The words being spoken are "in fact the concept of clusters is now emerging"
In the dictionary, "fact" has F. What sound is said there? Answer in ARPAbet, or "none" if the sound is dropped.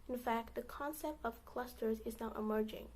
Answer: F